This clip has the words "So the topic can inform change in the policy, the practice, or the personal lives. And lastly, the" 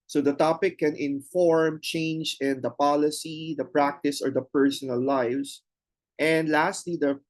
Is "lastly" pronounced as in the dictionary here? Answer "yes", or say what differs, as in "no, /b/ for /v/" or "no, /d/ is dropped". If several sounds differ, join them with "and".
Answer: yes